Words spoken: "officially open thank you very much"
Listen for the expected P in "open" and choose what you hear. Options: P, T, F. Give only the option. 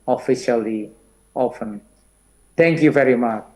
F